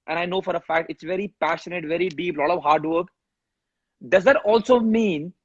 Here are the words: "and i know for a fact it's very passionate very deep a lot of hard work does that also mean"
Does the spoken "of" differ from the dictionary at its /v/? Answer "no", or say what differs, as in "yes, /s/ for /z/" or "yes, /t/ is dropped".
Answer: no